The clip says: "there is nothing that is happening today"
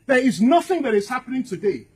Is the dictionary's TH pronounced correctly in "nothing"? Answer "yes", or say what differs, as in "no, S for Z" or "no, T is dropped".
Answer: yes